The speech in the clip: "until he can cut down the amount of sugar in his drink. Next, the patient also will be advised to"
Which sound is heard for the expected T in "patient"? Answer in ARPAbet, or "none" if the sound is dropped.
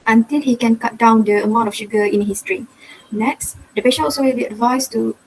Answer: none